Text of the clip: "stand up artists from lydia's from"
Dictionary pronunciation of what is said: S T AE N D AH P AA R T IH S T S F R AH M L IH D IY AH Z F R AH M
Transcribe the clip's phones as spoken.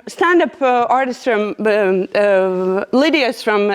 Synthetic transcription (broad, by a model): S T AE N D AH P AA R T IH S T S F R AH M L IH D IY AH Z F R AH M